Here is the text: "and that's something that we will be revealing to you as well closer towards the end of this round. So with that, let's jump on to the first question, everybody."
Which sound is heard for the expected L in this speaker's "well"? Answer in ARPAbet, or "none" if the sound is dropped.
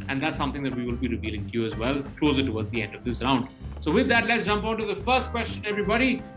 L